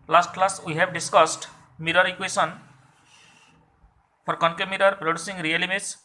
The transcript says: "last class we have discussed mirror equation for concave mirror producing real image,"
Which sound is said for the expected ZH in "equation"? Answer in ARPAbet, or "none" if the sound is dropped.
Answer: S